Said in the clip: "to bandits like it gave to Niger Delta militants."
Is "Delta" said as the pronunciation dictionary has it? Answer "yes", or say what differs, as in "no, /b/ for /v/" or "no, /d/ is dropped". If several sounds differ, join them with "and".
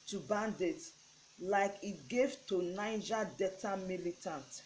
no, /l/ is dropped